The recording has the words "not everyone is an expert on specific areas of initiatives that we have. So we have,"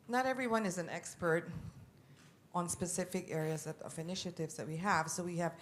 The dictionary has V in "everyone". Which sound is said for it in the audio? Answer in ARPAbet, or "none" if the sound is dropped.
V